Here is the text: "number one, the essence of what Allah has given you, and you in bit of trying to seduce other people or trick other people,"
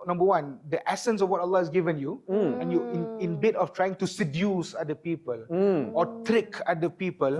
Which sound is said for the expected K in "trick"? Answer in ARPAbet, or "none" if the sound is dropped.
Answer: K